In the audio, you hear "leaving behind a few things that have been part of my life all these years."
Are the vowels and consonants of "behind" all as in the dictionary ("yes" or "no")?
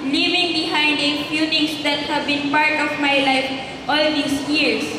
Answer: yes